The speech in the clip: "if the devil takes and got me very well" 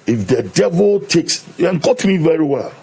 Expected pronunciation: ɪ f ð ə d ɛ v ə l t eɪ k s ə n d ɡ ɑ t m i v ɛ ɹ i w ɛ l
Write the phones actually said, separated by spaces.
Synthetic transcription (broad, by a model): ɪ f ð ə d ɛ v ə l t eɪ k s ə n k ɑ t m i v ɛ ɹ i w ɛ l